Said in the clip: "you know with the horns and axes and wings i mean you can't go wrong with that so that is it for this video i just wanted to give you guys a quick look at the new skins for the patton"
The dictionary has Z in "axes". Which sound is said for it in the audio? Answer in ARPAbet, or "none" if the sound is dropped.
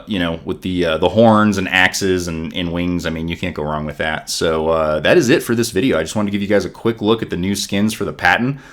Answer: Z